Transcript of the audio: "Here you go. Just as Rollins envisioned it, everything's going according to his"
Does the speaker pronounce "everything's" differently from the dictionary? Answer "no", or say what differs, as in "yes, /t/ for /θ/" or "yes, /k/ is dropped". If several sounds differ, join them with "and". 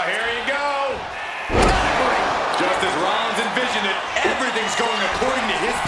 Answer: no